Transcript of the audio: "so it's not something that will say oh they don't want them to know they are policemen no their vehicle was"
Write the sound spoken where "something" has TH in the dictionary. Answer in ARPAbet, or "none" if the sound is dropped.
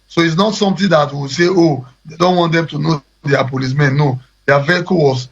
T